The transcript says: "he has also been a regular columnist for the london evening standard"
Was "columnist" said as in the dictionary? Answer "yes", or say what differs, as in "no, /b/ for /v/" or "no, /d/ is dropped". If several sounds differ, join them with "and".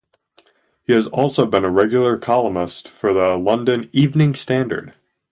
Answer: no, /n/ is dropped